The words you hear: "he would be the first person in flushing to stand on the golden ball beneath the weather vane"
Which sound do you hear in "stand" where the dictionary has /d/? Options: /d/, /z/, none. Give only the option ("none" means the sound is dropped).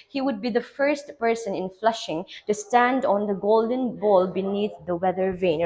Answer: /d/